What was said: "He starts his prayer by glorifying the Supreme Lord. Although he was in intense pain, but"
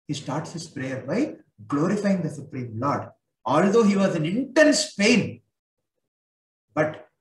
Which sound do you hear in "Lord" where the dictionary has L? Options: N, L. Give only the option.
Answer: L